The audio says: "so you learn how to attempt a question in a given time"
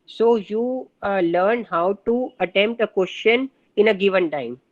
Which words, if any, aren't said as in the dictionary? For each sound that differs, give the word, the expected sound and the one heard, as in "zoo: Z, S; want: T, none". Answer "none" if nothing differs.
none